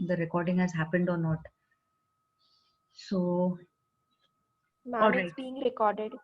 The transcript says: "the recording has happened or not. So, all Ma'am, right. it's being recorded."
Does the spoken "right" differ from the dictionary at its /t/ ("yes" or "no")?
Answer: yes